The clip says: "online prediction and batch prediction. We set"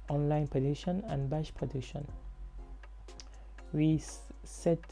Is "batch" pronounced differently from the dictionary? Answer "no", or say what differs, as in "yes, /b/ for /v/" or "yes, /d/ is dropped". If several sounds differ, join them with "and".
yes, /ʃ/ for /tʃ/